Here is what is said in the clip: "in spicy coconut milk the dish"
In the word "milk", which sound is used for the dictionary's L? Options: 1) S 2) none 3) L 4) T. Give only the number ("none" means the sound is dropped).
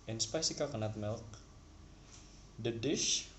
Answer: 3